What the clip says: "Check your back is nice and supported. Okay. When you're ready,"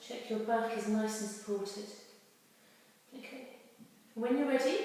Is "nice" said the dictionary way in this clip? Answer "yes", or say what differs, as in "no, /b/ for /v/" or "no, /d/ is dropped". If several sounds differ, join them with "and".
yes